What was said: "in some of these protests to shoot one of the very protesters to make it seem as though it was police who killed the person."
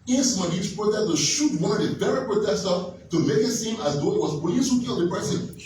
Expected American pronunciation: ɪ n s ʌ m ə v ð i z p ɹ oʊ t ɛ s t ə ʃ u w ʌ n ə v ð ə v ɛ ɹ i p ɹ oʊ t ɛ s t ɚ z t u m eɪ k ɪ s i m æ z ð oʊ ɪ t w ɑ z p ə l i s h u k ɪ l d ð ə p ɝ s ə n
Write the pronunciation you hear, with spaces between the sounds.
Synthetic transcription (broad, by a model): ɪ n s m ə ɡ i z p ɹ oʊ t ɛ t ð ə ʃ u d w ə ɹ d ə b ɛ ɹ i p ɹ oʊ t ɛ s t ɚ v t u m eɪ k ɪ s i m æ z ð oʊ ɪ t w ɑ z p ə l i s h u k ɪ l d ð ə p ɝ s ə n